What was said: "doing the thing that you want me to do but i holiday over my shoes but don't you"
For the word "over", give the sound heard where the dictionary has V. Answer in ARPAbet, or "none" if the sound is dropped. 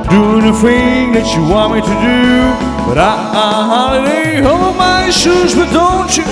B